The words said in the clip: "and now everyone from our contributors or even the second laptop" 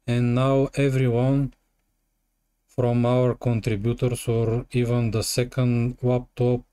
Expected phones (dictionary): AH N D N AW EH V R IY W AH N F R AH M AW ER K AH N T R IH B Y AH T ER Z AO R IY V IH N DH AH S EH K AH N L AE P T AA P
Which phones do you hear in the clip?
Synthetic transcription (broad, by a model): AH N N AW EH V R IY W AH N F R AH M AW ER K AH N T R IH B Y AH T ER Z AO R IY V IH N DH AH S EH K AH N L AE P T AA P